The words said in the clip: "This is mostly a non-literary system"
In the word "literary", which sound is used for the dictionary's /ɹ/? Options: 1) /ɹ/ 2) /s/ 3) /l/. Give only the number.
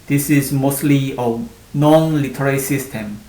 3